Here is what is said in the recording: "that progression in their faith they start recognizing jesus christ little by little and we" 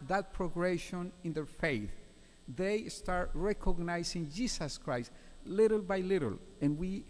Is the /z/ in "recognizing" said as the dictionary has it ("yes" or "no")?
no